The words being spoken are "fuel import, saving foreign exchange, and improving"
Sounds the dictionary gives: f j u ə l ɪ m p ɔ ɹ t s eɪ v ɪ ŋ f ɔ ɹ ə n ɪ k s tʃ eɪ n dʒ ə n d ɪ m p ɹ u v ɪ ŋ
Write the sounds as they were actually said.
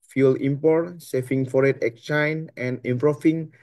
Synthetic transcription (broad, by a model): f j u l ɪ m p ɔ ɹ t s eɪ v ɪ ŋ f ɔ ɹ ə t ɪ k tʃ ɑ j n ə n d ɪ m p ɹ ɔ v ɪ ŋ